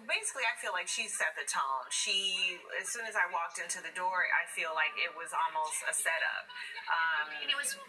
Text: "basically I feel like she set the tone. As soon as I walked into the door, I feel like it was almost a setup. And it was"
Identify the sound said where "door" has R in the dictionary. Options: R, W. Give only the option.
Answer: R